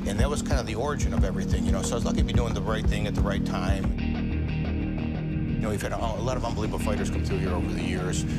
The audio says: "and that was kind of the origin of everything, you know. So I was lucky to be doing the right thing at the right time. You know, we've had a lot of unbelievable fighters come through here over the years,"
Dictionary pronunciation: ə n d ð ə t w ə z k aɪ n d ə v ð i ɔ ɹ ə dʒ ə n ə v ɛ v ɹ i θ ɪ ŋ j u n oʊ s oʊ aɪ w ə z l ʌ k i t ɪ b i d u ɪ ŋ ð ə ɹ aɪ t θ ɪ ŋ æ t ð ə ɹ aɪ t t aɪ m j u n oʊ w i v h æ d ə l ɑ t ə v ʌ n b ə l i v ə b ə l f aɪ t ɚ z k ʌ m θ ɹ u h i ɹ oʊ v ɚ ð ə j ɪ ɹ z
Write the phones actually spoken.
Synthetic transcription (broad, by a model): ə n ð ə t w ə z k aɪ n d ə v ð i ɔ ɹ ə dʒ ə n ə v ɛ v ɹ i θ ɪ ŋ j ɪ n oʊ s oʊ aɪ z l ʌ i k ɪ b i d u ɪ ŋ ð ə ɹ aɪ t θ ɪ ŋ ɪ t ð ə ɹ aɪ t t aɪ m j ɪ n oʊ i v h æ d ə l ɑ t ə v ʌ n b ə l i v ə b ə f aɪ t ɚ z k ʌ m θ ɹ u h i ɹ oʊ v ɚ ð ə j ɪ ɹ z